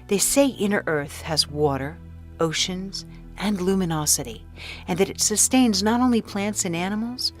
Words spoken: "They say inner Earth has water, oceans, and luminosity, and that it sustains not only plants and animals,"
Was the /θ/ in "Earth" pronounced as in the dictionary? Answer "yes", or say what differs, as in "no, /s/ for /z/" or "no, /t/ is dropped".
yes